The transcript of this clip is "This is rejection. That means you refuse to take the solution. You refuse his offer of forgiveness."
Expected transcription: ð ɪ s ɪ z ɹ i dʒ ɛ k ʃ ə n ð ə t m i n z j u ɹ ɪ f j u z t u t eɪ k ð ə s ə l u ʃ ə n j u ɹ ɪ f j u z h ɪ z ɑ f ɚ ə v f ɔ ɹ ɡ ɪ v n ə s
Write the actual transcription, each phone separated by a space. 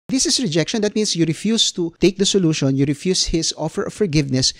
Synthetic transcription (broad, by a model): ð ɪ s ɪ s ɹ i dʒ ɛ k ʃ ə n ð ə t m i n s j u ɹ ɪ f j u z t u t eɪ k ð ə s ə l u ʃ ə n j u ɹ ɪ f j u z h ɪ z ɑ f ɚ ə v f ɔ ɹ ɡ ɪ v n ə s